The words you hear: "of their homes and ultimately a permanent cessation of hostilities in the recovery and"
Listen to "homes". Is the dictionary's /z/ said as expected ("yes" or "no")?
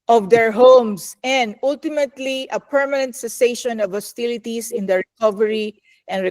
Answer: no